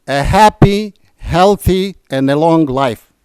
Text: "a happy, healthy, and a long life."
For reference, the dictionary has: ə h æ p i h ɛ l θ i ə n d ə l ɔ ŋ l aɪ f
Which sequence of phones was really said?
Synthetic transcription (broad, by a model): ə h æ p i h ɛ l θ i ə n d ə l ɔ ŋ l aɪ f